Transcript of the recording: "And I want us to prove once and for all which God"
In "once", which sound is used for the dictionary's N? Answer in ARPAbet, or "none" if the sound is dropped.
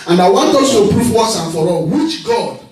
none